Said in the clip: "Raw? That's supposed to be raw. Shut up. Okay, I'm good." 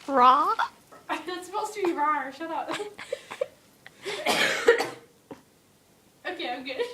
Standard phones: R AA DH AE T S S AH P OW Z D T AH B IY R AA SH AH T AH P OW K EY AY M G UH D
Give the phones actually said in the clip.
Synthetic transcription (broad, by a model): R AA DH AE T S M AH UH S T AH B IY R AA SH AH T AH P OW K EY AY M G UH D